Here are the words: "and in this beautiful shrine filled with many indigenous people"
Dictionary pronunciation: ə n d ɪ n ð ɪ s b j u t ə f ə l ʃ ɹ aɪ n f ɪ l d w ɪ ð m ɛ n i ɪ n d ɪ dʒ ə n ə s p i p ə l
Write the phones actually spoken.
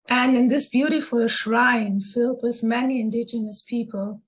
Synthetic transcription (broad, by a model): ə n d ɪ n ð ɪ s b j u t ə f ə l ʃ ɹ aɪ n f ɪ l d w ɪ ð m ɛ n i ɪ n d ɪ dʒ ə n ə s p i p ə l